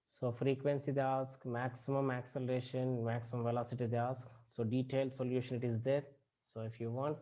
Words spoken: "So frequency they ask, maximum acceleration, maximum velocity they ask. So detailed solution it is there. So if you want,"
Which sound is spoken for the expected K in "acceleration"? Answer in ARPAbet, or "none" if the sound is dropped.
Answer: K